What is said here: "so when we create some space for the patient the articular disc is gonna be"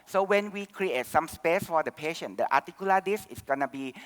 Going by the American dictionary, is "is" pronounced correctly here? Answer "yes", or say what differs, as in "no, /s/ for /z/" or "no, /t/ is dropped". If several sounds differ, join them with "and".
no, /s/ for /z/